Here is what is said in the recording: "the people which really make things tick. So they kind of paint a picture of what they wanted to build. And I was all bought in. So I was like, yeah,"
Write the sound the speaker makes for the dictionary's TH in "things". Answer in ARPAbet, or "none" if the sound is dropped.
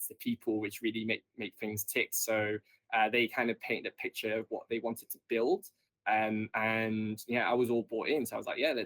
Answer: TH